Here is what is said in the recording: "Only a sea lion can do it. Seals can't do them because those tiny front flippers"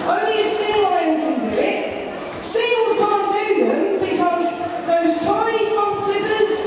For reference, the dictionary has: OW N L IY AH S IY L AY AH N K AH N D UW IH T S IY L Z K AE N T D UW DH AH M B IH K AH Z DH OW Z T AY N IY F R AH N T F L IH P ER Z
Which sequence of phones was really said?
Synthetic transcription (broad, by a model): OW N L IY AH S IY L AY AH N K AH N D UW IH T S IY L Z K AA N D UW DH AH M B IH K AH Z DH OW Z T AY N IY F AH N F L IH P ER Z